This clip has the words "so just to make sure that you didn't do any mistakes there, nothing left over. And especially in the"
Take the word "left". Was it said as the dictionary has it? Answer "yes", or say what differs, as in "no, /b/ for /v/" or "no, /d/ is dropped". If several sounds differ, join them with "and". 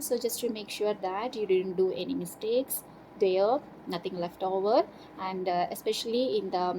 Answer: yes